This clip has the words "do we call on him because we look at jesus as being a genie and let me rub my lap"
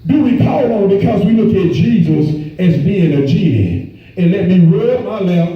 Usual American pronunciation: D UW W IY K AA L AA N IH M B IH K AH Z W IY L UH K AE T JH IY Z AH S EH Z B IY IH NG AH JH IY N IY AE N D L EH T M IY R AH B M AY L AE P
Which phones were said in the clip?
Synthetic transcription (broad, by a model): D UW W IY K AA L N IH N B IH K AH Z W IY L UH K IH T JH IY Z AH S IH Z B IY IH NG AH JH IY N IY N L EH T M IY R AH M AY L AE